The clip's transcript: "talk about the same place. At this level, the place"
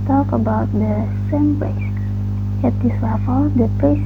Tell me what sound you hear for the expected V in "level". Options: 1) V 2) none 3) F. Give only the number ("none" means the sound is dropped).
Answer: 3